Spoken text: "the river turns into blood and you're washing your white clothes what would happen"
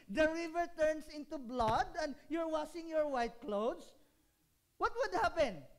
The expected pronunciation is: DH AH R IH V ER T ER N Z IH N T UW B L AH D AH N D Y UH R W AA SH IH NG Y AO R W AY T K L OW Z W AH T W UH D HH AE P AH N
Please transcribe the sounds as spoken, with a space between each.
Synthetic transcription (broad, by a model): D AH R IH V ER T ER N S IH N T UW B L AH D AH N D Y UH R W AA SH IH NG Y AO R W AY T K L OW S W AH T W UH D HH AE P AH N